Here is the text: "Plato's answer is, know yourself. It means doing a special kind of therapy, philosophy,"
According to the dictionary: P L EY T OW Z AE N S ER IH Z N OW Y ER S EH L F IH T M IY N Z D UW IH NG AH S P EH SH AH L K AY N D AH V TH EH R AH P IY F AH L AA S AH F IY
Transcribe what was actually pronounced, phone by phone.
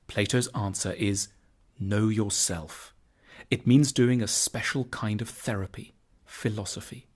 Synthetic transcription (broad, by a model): P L EY T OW Z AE N S ER IH Z N OW Y ER S EH L F IH T M IY N Z D UW IH NG AH S P EH SH L K AY N D AH V TH EH R AH P IY F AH L AA S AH F IY